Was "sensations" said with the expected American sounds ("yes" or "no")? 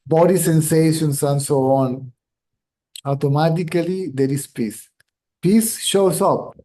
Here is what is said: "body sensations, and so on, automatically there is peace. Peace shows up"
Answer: no